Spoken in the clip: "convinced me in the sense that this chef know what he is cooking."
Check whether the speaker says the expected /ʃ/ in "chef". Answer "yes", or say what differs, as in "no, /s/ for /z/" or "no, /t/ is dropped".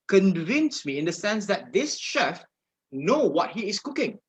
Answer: yes